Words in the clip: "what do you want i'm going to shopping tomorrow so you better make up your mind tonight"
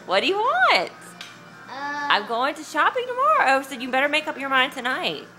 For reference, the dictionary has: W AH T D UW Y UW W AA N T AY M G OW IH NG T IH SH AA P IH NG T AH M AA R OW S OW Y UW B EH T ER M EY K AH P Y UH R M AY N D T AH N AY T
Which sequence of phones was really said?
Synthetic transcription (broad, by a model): W AH T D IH Y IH W AA N T AY M G OW IH NG T IH SH AA P IH NG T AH M AA R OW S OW Y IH B EH T ER M EY K AH P Y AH R M AY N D T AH N AY T